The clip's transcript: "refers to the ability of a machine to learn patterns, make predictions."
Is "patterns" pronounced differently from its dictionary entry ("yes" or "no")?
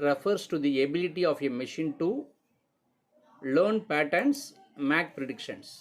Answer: yes